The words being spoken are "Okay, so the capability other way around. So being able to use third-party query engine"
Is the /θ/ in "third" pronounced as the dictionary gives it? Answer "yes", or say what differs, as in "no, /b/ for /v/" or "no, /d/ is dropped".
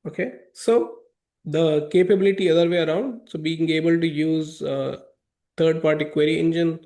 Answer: no, /t/ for /θ/